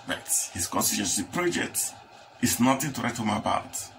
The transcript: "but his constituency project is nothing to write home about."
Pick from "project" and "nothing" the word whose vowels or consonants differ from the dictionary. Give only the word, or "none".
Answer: nothing